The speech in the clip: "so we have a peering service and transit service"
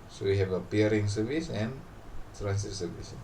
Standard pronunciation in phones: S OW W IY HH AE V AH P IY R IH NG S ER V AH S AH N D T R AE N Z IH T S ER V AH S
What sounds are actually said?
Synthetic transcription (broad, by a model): S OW W IY HH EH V AH P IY R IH NG S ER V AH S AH N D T R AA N S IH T S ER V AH S